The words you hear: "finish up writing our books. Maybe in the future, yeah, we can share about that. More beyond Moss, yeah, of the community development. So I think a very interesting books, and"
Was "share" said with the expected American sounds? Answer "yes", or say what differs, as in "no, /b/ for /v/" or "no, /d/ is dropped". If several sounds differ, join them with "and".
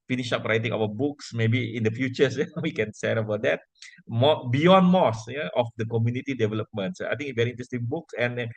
no, /s/ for /ʃ/